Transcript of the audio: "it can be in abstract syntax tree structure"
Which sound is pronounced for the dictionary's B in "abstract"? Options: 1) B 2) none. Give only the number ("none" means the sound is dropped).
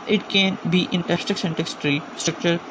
2